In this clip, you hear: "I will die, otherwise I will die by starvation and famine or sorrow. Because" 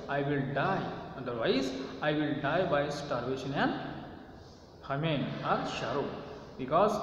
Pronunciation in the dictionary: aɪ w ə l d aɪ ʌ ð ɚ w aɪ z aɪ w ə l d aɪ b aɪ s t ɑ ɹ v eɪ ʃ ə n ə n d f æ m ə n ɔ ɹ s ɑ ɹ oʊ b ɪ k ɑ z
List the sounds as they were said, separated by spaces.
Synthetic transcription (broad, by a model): aɪ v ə l d aɪ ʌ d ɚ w aɪ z aɪ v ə l d aɪ b aɪ s t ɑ ɹ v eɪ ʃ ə n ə n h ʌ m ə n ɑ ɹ ʃ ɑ ɹ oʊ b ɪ k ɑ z